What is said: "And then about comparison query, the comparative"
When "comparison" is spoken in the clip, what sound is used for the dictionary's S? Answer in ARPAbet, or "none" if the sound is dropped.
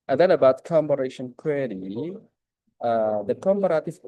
SH